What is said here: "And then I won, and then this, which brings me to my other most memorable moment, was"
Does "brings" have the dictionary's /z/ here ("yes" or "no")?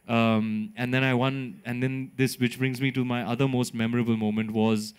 yes